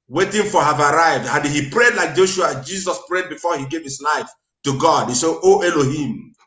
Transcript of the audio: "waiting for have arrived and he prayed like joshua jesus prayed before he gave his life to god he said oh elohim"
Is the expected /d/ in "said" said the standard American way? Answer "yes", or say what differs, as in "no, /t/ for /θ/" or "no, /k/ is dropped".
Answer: no, /d/ is dropped